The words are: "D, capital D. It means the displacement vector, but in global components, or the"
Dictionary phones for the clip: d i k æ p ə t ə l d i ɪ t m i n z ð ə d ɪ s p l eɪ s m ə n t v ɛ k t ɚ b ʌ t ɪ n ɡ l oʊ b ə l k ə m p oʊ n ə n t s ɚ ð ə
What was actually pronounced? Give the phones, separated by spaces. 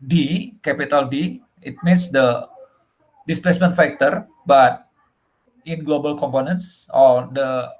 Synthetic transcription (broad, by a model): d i k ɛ p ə t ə l d i ɪ t m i n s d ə d ɪ s p l eɪ s m ə n t f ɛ k t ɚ b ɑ t ɪ n ɡ l oʊ b ə l k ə m p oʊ n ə n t s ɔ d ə